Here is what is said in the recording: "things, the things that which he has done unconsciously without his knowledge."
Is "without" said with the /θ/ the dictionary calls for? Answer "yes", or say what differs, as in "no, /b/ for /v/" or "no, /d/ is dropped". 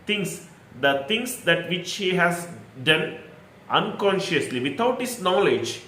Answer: no, /t/ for /θ/